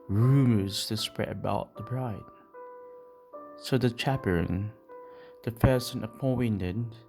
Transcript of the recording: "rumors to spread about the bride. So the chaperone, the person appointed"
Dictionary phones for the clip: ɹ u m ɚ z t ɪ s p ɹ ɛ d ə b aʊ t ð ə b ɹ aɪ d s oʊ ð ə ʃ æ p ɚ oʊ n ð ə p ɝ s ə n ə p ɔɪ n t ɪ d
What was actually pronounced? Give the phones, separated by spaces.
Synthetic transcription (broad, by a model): ɹ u m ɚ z t ɪ s p ɹ ɛ d ə b aʊ t ð ə b ɹ aɪ d s oʊ ð ə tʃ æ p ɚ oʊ n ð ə f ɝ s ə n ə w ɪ n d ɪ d